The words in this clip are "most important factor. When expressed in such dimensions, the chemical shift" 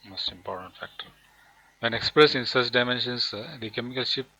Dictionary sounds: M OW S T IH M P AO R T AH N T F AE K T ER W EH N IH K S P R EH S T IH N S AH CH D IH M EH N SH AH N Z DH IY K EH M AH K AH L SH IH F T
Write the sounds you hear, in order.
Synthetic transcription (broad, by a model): M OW S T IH M P AO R T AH N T F AE K T ER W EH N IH K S P R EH S IH N S AH CH D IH M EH N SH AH N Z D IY K EH M AH K AH L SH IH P